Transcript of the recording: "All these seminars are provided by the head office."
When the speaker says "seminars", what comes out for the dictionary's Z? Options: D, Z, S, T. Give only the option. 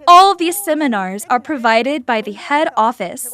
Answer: Z